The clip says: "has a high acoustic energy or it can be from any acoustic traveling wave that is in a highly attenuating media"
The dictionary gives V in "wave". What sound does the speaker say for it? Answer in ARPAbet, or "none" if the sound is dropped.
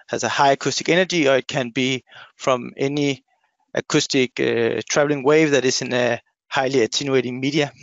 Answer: V